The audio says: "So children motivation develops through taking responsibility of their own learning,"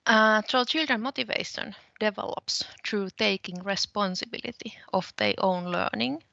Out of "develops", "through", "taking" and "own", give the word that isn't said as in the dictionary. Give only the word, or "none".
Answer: through